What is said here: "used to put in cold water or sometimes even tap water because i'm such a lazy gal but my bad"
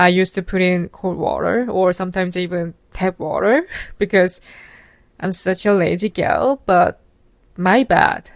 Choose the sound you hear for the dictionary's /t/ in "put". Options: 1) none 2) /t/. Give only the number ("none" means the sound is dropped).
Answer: 2